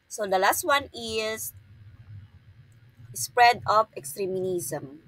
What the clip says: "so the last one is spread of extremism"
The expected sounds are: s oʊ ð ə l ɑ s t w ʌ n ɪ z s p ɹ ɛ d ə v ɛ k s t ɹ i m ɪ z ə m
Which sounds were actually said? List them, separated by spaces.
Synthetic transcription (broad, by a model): s oʊ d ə l ɑ s t w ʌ n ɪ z s p ɹ ɛ d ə p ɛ k s t ɹ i m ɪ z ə m